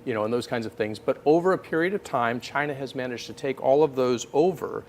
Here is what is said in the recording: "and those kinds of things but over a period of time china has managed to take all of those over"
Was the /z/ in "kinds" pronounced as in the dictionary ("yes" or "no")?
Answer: yes